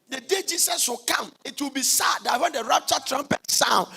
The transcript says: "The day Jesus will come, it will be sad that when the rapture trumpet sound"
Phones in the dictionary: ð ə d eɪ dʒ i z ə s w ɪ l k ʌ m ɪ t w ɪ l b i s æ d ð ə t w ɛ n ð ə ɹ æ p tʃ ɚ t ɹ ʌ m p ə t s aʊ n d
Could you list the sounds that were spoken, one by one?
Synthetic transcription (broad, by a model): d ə d eɪ dʒ i s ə s w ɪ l k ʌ m ɪ t w ɪ l b i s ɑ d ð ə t w ɛ n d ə ɹ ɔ tʃ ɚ t ɹ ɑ m p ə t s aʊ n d